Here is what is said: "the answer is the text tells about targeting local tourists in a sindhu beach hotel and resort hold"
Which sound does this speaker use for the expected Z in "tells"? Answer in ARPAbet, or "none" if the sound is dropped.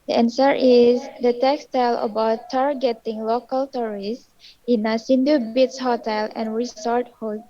none